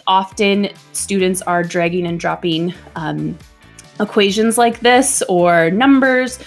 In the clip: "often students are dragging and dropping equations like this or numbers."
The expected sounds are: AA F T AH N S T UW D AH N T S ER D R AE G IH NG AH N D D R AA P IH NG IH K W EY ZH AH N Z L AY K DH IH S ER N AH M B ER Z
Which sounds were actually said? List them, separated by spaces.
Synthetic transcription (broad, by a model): AA F T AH N S T UW D N T S ER D R AE G IH NG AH N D D R AA P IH NG IH K W EY ZH AH N Z L AY K DH IH S ER N AH M B ER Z